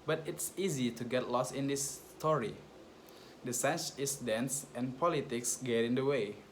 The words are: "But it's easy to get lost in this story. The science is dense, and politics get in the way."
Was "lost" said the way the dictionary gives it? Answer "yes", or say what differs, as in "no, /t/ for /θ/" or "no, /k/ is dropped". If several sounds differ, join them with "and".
no, /t/ is dropped